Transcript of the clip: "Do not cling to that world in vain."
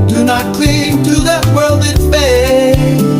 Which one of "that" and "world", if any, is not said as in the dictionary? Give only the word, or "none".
none